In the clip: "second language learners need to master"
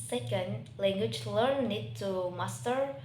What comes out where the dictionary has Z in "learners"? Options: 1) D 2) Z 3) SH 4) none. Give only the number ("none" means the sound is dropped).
4